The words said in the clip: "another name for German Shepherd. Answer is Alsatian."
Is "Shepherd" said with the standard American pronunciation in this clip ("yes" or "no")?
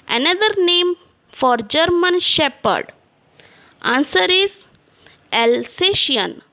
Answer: yes